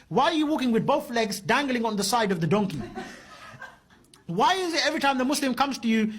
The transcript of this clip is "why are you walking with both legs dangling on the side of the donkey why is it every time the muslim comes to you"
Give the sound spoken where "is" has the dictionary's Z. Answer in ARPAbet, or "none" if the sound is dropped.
Z